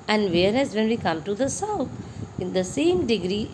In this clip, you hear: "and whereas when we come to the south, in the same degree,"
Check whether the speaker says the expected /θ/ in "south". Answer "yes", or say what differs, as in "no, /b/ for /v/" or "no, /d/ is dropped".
no, /t/ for /θ/